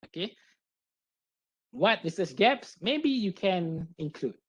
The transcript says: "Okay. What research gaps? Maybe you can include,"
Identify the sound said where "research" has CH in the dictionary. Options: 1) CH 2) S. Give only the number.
2